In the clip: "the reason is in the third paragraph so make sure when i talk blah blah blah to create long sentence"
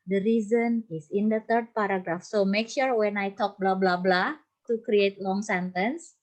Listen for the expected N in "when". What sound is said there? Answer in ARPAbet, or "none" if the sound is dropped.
N